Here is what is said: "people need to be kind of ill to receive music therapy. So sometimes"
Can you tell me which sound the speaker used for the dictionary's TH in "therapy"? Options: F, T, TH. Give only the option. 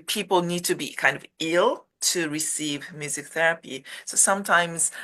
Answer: TH